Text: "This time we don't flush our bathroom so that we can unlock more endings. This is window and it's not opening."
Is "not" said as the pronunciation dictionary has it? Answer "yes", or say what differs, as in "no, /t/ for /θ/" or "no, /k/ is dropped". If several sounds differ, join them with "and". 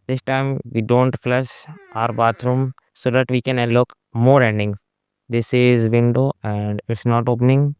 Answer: yes